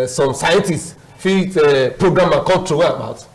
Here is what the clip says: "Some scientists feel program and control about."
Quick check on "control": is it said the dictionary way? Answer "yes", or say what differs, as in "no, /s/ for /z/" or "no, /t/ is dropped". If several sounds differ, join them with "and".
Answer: no, /w/ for /l/